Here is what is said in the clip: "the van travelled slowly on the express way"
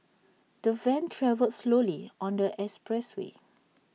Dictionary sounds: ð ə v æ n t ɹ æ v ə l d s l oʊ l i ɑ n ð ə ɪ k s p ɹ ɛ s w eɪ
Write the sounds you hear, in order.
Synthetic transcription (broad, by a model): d ə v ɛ n t ɹ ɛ v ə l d s l oʊ l i ɑ n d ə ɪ s p ɹ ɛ s w eɪ